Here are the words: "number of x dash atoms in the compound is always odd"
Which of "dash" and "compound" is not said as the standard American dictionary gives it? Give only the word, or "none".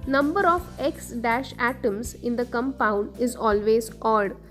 none